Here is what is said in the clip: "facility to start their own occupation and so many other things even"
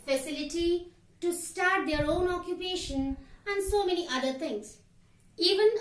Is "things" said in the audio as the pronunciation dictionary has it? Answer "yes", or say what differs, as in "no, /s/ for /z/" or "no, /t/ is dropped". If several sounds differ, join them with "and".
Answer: no, /t/ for /θ/